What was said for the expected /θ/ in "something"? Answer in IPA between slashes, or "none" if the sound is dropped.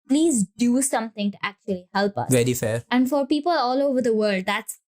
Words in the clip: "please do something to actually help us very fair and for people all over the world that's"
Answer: /t/